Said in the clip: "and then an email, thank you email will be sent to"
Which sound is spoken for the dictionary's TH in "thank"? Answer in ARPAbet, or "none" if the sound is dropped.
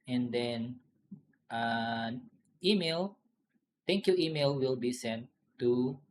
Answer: T